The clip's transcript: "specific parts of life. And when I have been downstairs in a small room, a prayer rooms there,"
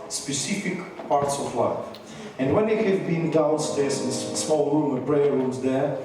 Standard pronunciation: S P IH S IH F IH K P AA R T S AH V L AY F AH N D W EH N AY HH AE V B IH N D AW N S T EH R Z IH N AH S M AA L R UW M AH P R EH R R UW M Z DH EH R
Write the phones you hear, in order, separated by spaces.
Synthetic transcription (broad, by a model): S P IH S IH F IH K P AA R T S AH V L AY F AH N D W EH N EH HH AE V B IH N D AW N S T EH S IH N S S M AA L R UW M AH B R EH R R UW M Z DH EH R